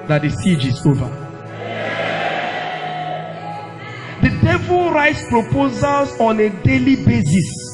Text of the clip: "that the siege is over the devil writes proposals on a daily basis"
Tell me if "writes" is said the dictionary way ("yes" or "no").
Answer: yes